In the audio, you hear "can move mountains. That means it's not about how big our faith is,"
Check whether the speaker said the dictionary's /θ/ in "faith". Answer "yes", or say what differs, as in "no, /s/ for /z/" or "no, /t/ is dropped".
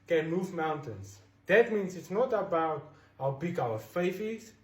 no, /f/ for /θ/